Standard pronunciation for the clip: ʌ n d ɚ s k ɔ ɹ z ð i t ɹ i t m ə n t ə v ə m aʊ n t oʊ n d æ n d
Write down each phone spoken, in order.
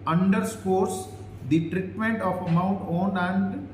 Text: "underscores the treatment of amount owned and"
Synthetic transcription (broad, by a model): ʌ n d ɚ s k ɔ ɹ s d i t ɹ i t m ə n t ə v ə m aʊ n t oʊ n æ n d